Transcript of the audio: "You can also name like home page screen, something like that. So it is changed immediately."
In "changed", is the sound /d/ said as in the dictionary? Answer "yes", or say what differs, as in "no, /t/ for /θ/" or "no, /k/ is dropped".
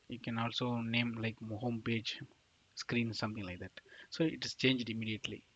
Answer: yes